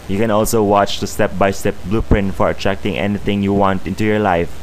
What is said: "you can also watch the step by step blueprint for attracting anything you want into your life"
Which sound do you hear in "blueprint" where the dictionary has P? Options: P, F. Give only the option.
P